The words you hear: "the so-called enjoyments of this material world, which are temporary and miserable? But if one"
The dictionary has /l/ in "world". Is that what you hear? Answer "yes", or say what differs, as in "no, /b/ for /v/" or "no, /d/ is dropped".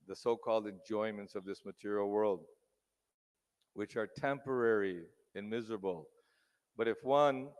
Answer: yes